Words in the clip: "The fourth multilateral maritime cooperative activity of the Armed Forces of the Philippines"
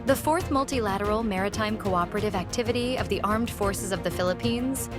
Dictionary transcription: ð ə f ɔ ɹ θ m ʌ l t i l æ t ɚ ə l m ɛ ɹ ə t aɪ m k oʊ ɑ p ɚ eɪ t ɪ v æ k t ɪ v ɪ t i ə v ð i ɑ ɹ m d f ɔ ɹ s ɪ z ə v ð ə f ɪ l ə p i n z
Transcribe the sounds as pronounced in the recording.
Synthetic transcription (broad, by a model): ð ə f ɔ ɹ θ m ʌ l t i l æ t ɚ l m ɛ ɹ ə t aɪ m k oʊ ɑ p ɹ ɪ t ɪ v æ k t ɪ v ɪ t i ə v ð i ɑ ɹ m d f ɔ ɹ s ɪ z ə v ð ə f ɪ l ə p i n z